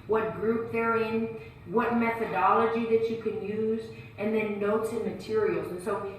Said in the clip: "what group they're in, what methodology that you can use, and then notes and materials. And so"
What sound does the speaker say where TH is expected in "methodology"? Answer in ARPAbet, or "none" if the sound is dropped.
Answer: TH